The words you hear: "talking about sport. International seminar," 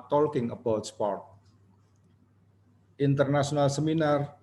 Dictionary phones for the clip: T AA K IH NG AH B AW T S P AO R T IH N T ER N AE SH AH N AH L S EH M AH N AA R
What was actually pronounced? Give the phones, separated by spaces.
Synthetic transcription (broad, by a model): T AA K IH NG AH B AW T S P AO R T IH N T ER N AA S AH N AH L S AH M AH N AA R